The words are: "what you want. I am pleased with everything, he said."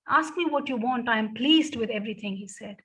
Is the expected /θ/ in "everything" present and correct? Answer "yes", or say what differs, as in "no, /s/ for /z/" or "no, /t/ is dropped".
no, /t/ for /θ/